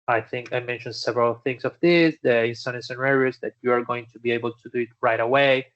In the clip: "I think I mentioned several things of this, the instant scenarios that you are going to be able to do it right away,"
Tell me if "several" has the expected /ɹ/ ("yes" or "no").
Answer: yes